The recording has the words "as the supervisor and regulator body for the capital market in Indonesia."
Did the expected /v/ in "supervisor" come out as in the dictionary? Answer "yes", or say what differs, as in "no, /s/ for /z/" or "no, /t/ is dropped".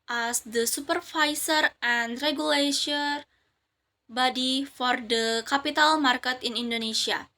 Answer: no, /f/ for /v/